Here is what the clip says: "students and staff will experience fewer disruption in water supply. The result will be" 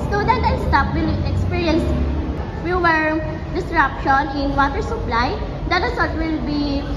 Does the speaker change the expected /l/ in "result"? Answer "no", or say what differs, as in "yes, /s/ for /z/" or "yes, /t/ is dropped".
yes, /l/ is dropped